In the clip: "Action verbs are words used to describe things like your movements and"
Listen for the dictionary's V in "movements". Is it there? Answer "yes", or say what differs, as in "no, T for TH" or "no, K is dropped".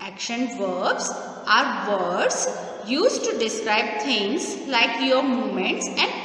no, V is dropped